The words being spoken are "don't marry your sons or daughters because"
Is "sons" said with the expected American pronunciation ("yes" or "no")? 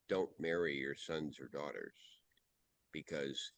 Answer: yes